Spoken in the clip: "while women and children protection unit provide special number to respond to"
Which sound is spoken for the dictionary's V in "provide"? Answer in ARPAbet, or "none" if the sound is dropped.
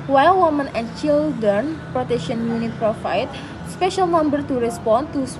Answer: F